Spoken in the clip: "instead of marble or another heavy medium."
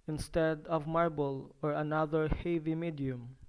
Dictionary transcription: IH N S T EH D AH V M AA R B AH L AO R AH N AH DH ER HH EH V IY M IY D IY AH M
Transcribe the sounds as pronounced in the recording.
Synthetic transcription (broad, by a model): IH N S T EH D AH V M AA R B AH L AO R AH N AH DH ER HH EH V IY M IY D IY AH M